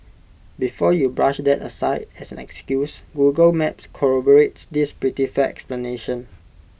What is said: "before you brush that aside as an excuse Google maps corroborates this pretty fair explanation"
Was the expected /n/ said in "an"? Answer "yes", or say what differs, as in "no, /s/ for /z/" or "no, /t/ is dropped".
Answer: yes